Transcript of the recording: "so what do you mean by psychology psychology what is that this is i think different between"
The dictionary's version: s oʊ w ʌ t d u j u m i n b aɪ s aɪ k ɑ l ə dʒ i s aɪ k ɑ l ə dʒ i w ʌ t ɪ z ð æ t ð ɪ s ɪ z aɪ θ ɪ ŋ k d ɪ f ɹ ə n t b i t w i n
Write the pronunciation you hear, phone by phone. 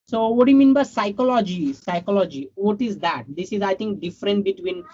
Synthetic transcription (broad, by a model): s oʊ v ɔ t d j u m i n b aɪ s aɪ k ɑ l ə dʒ i s aɪ k ɑ l ə dʒ i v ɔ t ɪ z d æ t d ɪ s ɪ z aɪ t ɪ ŋ k d ɪ f ɹ ə n t b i t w i n